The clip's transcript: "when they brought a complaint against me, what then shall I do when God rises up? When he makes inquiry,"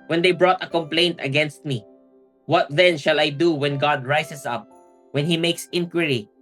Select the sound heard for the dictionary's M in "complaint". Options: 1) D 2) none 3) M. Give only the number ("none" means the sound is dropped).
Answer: 3